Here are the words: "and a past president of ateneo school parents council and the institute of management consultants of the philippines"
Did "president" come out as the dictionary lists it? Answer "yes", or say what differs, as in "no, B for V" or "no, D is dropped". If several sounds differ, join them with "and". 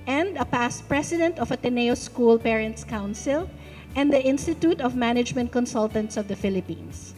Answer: no, S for Z